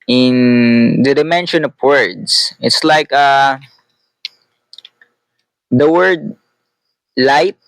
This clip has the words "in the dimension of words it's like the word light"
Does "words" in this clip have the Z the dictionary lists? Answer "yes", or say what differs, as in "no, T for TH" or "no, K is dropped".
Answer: no, S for Z